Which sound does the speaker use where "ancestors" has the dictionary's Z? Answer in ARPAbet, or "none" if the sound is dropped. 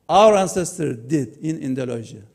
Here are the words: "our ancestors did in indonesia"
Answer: none